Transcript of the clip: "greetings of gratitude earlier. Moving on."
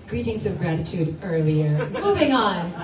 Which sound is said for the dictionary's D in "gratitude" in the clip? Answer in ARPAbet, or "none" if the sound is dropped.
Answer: D